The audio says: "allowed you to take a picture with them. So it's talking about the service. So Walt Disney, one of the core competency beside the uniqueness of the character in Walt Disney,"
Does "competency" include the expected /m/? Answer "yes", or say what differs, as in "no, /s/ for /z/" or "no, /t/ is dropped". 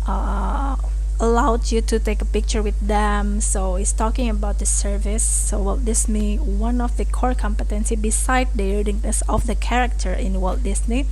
yes